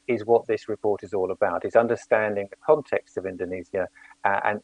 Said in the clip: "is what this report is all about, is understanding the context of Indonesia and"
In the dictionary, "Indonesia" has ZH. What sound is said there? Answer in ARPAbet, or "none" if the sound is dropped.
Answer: Z